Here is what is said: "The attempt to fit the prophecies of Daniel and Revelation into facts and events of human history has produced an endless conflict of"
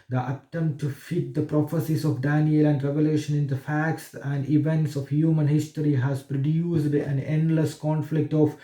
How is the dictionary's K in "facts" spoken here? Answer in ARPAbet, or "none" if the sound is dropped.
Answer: K